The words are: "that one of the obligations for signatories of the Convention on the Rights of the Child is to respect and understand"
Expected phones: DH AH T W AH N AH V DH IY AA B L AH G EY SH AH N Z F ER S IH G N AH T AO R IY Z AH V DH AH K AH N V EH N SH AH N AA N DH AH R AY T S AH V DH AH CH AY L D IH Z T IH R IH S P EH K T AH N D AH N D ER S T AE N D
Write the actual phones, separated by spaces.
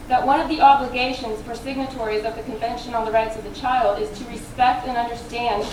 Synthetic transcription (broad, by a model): DH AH T W AH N AH V DH IY AA B L AH G EY SH AH N Z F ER S IH G N AH T AO R IY Z AH V DH AH K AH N V EH N SH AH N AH N DH AH R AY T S AH V DH AH CH AY L D IH Z T IH R IH S P EH K T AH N AH N D ER S T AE N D